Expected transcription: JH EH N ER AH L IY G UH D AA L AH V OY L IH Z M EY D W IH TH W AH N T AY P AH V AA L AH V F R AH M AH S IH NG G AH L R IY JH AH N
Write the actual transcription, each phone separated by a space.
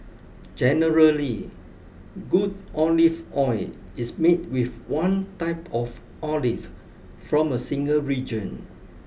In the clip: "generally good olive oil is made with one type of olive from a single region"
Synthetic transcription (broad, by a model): JH EH N ER AH L IY G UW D AA L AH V OY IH S M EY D W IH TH W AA N T AY P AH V AA L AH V F R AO M AH S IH NG G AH L R IY JH AH N